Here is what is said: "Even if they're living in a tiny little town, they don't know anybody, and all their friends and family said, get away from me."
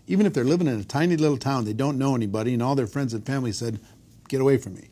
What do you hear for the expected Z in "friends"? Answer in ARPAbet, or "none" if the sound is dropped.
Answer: Z